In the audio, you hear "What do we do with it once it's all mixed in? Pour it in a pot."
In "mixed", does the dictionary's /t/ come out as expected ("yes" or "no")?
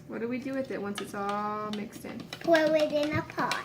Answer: yes